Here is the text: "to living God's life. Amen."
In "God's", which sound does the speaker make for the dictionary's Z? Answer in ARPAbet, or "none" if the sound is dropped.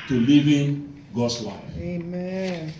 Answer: S